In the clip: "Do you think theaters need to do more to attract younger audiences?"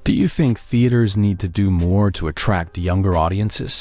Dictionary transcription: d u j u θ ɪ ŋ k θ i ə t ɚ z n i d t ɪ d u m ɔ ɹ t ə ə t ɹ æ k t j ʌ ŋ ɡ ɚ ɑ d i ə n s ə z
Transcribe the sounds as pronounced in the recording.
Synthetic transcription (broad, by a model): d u j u θ ɪ ŋ k θ i ə t ɚ z n i d t ɪ d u m ɔ ɹ t ə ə t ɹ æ k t j ʌ ŋ ɡ ɚ ɑ d i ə n s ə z